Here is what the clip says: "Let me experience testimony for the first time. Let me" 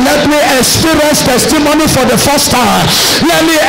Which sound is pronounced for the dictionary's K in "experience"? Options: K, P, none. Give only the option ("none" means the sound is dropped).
none